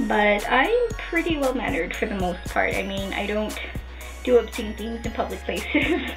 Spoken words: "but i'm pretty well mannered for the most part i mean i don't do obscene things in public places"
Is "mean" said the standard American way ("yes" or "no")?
yes